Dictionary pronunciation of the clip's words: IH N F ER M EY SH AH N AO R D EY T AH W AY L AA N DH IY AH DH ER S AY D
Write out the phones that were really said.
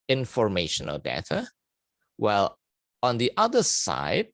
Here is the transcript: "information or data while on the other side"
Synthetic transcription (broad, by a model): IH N F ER M EY SH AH N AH L D EY T AH W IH L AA N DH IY AH DH ER S AY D